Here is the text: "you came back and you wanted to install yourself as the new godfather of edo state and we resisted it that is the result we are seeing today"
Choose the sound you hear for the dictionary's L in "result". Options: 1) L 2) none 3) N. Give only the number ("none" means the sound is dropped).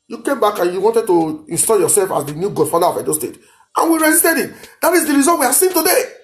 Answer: 2